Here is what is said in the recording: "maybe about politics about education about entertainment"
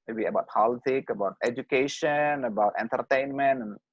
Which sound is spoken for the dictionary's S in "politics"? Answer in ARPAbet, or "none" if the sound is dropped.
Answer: none